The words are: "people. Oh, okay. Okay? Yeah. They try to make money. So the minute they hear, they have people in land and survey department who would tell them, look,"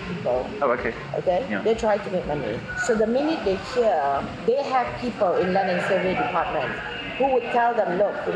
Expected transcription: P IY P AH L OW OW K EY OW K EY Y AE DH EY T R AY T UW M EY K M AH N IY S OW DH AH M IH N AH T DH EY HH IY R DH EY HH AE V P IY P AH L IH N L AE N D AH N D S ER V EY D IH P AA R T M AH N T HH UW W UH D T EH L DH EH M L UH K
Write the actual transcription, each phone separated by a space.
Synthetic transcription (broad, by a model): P IY P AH L OW OW K EY OW K EY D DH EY T R AY T UW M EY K M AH N IY S OW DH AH M IH N AH T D EY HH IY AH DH EY HH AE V P IY P AH L IH N L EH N AH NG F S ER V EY D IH P AA T M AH N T HH UW W UH D T EH L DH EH M L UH K